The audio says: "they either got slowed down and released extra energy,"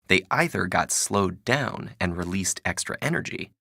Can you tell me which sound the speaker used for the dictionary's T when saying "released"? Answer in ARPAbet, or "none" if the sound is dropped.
T